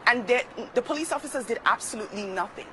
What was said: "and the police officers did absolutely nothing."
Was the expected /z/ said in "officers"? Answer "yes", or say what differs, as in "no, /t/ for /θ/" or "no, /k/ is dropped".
yes